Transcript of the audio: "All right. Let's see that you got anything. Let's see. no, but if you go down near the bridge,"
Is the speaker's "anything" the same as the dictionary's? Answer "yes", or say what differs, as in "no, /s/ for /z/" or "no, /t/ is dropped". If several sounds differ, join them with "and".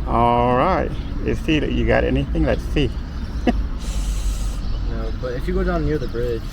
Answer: yes